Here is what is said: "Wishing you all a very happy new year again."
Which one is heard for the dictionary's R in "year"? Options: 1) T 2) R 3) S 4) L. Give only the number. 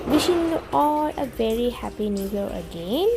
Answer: 4